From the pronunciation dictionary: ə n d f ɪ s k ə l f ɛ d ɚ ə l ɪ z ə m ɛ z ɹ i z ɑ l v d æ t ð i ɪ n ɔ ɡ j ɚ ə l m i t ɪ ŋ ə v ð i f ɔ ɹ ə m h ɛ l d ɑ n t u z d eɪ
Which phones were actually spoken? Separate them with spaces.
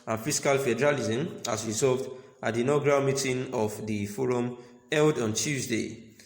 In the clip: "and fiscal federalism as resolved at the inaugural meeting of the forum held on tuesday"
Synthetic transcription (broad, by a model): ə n f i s k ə l f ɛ d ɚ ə l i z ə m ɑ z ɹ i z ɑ v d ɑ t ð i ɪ n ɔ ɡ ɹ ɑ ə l m i t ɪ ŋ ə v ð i f ɔ ɹ ə m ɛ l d ɑ n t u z d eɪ